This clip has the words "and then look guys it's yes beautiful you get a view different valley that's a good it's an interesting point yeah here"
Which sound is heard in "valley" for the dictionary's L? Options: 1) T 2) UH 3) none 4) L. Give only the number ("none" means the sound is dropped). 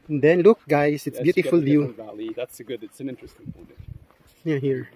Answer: 4